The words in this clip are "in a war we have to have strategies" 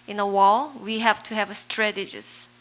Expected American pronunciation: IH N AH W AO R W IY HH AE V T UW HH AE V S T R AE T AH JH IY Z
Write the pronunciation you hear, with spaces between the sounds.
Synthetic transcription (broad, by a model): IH N AH W AO L W IY HH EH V T UW HH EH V S T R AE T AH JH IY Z